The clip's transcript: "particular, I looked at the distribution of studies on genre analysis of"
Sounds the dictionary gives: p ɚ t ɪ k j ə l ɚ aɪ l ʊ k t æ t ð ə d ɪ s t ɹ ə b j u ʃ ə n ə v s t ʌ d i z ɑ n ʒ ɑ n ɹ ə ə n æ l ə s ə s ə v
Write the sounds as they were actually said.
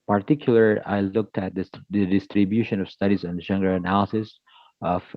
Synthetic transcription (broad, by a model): p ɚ t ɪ k j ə l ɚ aɪ l ʊ k t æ t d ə d ɪ s t ɹ ə b j u ʃ ə n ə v s t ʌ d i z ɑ n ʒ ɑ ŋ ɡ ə ə n æ l ə s ə s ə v